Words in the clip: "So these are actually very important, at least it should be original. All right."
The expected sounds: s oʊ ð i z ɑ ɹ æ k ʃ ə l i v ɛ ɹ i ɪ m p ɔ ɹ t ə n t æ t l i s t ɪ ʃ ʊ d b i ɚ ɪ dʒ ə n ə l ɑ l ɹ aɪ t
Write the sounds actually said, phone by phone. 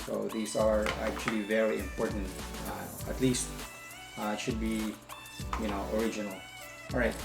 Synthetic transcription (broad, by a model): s oʊ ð i s ɑ ɹ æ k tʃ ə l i v ɛ ɹ i ɪ m p ɔ ɹ t ə n t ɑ t l i s t ɪ ʃ ʊ d b i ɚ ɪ dʒ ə n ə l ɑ l ɹ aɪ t